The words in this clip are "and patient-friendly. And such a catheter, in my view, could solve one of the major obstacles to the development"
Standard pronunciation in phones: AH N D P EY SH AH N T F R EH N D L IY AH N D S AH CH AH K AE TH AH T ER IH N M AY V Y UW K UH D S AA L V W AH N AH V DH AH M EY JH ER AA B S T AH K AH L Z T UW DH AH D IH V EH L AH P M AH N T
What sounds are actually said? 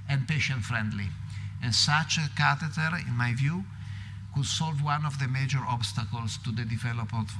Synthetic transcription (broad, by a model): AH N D P EY SH AH N T F R EH N D L IY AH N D S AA CH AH K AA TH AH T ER IH N M AY V Y UW K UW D S AA L V W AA N AH V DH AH M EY JH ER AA B S T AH K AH L S T UW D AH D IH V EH L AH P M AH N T